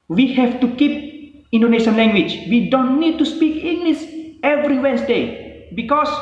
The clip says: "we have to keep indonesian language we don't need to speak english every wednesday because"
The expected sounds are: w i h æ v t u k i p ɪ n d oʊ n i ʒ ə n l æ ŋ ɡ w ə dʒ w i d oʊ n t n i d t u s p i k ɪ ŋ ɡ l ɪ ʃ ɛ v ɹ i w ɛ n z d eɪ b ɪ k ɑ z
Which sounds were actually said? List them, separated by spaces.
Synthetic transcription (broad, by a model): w i h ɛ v t u k i p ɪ n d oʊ n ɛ ʃ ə n l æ ŋ ɡ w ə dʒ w i d oʊ n t n i d t u s p i k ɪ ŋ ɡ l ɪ s ɛ v ɹ i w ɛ n s d eɪ b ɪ k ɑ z